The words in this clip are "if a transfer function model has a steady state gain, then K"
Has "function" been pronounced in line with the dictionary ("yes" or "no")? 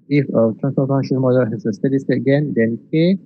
no